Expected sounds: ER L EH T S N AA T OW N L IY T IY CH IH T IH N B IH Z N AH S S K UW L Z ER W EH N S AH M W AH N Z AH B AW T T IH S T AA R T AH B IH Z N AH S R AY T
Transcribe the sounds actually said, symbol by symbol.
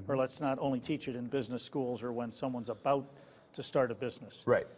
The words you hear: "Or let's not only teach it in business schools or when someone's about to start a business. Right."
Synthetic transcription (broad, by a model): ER L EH T S N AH T OW N L IY T IY CH IH T IH N B IH Z N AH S S K UW L Z ER W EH N S AH M W AH N Z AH B AW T T IH S T AA R T AH B IH Z N AH S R AY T